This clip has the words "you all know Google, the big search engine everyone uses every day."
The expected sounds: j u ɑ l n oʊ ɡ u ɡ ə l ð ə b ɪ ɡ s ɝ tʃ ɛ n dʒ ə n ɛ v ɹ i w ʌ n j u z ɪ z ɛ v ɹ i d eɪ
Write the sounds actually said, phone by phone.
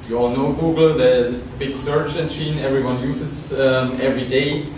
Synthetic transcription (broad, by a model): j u ɑ l n oʊ ɡ u ɡ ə l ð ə b ɪ ɡ s ɝ tʃ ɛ n tʃ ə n ɛ v ɹ i w ʌ n j u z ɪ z ɛ v ɹ i d eɪ